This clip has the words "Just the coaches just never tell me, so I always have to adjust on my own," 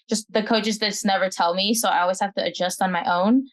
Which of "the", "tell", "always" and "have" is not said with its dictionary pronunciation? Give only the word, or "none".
have